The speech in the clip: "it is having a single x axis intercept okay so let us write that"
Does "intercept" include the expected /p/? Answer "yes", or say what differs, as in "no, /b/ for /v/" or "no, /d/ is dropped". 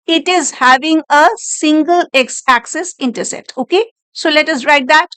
no, /p/ is dropped